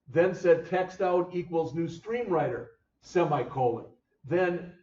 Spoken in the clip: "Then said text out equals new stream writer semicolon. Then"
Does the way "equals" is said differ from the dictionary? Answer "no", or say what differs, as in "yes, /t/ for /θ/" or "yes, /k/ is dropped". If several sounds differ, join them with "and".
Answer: no